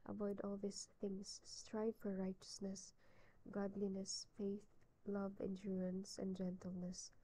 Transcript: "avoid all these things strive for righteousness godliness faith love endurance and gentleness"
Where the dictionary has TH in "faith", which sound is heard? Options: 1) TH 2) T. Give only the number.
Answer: 1